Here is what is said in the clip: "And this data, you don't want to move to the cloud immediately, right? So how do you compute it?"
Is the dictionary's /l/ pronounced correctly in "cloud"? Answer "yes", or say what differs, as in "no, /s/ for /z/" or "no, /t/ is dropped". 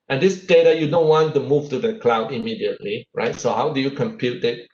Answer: yes